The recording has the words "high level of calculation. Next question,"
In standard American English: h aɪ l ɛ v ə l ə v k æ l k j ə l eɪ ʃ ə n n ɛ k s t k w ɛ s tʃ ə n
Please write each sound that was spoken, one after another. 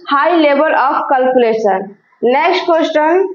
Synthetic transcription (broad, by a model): h aɪ l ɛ b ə l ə p k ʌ l k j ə l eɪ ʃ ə n n ɛ k s t k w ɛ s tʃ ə n